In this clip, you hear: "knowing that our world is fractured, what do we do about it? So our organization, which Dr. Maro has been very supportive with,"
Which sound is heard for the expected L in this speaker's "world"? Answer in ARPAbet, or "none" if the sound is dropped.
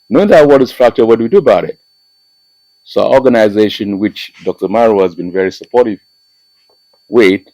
none